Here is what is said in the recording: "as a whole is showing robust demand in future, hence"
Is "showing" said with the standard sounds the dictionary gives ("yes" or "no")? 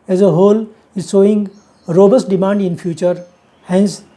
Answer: no